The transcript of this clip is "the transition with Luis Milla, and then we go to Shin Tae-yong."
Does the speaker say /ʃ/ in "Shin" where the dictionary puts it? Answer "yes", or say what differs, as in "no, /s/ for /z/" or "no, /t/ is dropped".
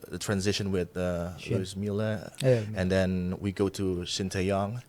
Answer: no, /s/ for /ʃ/